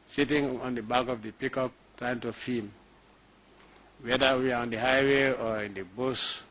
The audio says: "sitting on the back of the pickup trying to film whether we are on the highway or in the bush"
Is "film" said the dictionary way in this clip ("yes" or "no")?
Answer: no